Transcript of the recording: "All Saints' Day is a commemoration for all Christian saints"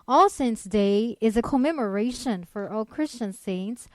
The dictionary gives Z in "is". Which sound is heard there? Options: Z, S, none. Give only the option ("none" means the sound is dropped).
Z